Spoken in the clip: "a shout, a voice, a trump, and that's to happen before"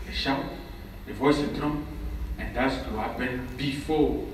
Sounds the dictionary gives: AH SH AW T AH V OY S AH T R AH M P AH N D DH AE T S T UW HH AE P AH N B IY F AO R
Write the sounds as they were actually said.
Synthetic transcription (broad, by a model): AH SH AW AH V OY S AH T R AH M AH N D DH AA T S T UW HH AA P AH N B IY F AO